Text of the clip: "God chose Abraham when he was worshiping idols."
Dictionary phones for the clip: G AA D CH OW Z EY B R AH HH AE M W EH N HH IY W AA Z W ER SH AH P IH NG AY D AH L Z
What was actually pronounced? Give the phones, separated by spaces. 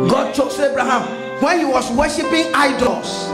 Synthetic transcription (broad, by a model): G AA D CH OW S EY B R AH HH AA M W EH N HH IY W AA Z W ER SH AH P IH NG AY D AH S